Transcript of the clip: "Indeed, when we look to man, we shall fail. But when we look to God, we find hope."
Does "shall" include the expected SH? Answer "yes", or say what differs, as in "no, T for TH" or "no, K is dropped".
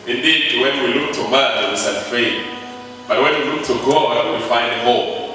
no, S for SH